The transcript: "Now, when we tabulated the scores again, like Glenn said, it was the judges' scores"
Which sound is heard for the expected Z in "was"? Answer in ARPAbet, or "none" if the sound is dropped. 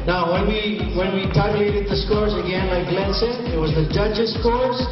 Z